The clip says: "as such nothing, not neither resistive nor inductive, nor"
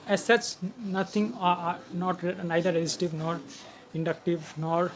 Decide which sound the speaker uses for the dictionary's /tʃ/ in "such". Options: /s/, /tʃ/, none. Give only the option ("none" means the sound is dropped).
/s/